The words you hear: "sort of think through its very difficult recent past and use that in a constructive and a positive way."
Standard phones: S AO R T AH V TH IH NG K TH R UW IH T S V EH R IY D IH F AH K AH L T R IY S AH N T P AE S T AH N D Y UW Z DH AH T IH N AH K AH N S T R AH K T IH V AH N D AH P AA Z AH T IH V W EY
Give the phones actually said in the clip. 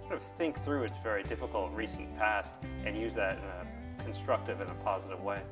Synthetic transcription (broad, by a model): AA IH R AH V TH IH NG K TH R UW IH T S V EH R IY D IH F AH K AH L T R IY S N P AE S T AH N Y UW Z DH AH T IH N AH K N S T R AH K T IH V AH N AH P AA Z AH T IH V W EY